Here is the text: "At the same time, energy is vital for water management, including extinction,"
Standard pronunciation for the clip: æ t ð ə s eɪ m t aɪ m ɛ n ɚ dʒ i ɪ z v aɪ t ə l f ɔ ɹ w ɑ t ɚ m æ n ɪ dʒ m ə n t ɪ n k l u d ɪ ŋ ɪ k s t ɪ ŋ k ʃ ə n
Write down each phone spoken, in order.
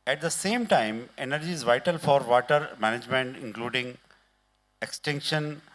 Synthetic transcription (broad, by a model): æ t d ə s eɪ m t aɪ m ɛ n ɚ dʒ i ɪ z v aɪ t ə l f ɔ ɹ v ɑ t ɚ m æ n ɪ dʒ m ə n t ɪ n k l u d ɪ ŋ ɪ k s t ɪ ŋ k ʃ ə n